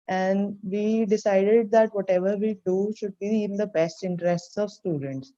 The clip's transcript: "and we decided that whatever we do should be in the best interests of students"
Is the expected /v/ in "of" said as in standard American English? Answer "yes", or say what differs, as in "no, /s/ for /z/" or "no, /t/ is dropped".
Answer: yes